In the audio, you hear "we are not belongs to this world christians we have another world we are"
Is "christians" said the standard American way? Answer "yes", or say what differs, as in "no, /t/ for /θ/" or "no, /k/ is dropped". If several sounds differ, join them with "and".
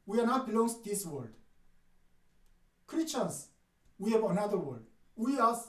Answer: no, /s/ is dropped